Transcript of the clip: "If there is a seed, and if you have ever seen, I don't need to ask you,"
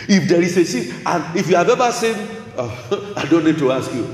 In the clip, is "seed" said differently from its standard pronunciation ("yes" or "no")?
yes